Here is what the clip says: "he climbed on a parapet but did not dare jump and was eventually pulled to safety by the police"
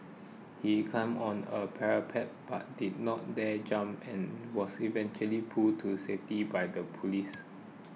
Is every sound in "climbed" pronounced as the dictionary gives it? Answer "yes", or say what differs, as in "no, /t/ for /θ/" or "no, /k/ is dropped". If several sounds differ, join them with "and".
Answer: no, /l/ is dropped and /d/ is dropped